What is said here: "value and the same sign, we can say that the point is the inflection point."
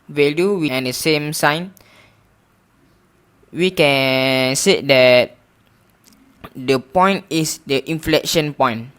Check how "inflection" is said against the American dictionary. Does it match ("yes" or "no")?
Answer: yes